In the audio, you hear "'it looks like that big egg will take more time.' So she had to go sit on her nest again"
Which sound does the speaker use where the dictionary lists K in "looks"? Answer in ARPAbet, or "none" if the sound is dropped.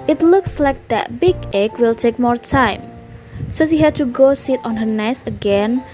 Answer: K